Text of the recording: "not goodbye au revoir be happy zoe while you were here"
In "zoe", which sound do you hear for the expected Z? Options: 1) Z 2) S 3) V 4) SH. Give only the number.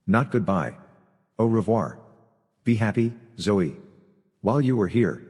1